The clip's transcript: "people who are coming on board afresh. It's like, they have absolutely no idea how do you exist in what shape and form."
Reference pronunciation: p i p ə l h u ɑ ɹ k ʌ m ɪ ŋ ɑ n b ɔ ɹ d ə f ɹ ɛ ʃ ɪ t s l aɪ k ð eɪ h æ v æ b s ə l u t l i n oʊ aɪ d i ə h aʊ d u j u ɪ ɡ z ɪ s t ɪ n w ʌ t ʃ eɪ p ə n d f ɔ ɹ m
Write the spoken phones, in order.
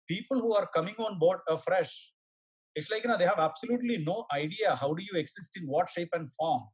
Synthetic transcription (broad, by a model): p i p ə l h u ɑ ɹ k ʌ m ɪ ŋ ɑ n b ɔ ɹ d ə f ɹ ɛ ʃ ɪ t s l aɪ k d eɪ h æ v æ b s ə l u t l i n oʊ aɪ d i ə h aʊ d u j u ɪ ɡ s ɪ s t ɪ n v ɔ t ʃ eɪ p ə n d f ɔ ɹ m